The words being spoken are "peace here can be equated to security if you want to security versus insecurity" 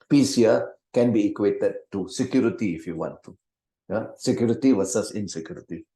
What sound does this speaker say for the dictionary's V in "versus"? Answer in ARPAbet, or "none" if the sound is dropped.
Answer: W